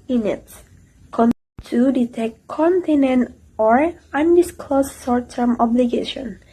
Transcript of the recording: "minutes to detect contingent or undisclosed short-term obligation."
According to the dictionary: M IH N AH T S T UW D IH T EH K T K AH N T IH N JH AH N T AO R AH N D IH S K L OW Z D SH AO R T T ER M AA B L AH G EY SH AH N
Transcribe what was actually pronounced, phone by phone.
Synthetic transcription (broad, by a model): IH N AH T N T UW D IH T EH K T K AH N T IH N AH N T AO R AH N D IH S K L OW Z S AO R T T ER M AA B L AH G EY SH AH N